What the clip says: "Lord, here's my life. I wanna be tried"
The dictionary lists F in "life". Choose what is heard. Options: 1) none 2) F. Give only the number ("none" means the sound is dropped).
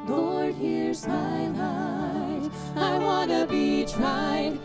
1